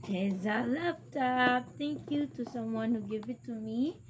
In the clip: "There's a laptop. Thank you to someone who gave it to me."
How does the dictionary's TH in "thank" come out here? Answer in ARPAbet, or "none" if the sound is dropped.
T